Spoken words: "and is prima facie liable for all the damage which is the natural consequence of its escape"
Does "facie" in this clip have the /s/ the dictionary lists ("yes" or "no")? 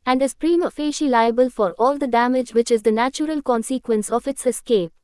no